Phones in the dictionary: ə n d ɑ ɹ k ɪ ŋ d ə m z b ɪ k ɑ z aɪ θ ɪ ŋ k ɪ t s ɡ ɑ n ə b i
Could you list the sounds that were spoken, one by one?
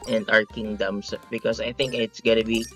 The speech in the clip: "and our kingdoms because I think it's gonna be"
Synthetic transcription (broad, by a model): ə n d ɑ ɹ k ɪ ŋ d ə m s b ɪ k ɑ s aɪ θ ɪ ŋ k ɪ t s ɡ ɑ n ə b i